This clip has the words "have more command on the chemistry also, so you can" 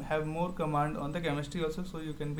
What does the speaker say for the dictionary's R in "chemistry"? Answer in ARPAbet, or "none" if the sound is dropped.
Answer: none